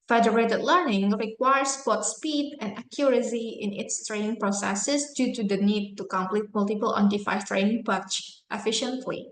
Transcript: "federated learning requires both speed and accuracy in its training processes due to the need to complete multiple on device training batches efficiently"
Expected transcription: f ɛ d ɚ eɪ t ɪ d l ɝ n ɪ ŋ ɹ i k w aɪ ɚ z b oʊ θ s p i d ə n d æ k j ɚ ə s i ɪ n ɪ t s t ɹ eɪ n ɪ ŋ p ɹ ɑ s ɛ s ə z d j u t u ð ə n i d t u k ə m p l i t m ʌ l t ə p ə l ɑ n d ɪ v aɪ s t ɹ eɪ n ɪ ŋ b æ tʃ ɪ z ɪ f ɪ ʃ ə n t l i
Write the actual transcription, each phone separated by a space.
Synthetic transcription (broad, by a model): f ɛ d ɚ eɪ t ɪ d l ɝ n ɪ ŋ ɹ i k w aɪ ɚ s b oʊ t s p i d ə n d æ k j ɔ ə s i ɪ n ɪ t s t ɹ eɪ n ɪ ŋ p ɹ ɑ s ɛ s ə s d j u t u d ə n i d t u k ə m p l i t m ʌ l t ə p ə l ɑ n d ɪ f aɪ t ɹ eɪ n ɪ ŋ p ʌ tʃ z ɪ f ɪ ʃ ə n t l i